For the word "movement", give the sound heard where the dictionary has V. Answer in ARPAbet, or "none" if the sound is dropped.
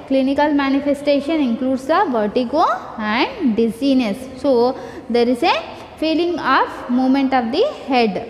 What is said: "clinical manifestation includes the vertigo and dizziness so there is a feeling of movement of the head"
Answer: none